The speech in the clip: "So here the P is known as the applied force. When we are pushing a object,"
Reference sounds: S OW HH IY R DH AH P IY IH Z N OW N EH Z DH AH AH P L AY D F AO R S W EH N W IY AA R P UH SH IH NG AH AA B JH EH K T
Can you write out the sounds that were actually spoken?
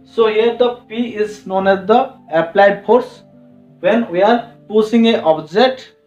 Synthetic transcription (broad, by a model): S OW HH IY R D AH P IY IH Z N OW N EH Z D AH AH P L AY D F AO R S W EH N W IY AA R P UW S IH NG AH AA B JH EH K T